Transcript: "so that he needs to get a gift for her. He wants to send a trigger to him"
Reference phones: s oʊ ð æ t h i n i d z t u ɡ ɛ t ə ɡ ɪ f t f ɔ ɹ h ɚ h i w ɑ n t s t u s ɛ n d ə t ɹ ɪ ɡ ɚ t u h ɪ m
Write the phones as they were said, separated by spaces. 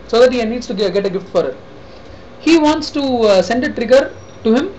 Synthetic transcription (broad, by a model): s oʊ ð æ t h i n i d s t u ɡ ɛ t ə ɡ ɪ f t f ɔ ɹ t h i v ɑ n t s t u s ɛ n d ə t ɹ ɪ ɡ ɚ t u h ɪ m